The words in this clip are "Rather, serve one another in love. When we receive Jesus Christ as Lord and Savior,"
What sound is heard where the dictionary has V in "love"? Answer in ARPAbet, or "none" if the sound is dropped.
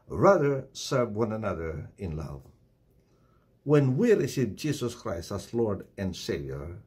V